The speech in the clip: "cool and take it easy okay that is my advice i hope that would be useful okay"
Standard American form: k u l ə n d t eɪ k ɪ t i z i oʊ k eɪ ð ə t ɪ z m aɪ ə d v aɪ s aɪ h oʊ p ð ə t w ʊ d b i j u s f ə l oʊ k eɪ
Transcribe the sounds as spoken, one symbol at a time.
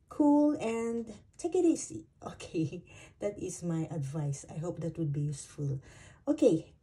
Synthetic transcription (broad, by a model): k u l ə n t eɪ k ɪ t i s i oʊ k eɪ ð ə t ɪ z m aɪ ə d v aɪ s aɪ h oʊ p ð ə t w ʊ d b i j u s f ə l oʊ k eɪ